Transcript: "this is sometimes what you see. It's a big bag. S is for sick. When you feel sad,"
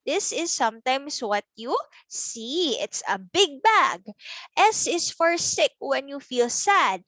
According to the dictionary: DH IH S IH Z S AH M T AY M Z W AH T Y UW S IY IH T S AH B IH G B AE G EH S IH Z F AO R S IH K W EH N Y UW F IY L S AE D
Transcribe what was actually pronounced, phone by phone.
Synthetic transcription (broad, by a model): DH IH S IH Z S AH M T AY M S W AH T Y UW S IY IH T S AH B IH G B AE G EH S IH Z F AO R S IH K W EH N Y UW F IY L S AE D